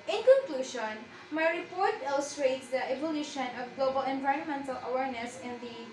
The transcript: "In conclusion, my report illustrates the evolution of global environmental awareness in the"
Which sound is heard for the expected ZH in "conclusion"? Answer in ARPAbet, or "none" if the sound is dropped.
SH